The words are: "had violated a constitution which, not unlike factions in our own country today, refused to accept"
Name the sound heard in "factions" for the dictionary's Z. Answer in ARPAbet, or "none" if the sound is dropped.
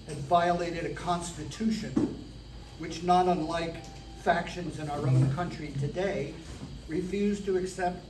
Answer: Z